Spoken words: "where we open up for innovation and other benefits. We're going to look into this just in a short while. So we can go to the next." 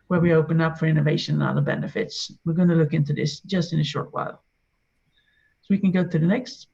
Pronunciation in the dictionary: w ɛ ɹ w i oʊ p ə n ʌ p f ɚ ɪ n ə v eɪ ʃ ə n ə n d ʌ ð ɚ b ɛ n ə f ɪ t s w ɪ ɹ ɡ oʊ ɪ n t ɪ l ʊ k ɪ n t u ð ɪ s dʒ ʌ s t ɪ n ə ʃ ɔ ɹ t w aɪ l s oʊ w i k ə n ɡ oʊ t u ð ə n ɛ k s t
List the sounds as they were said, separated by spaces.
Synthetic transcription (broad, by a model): w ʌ ɹ w i oʊ p ə n ʌ p f ɚ ɪ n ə v eɪ ʃ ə n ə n ʌ ð ɚ b ɛ n ə f ɪ t s w ɪ ɹ ɡ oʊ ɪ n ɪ l ʊ k ɪ n t u ð ɪ s dʒ ʌ s t ɪ n ə ʃ ɔ ɹ t w aɪ l s oʊ w i k ə n ɡ oʊ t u ð ə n ɛ k s t